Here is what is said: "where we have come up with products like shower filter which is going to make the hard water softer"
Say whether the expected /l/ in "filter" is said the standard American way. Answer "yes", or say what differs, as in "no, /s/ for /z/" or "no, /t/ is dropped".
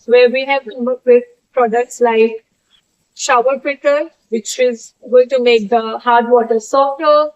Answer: no, /l/ is dropped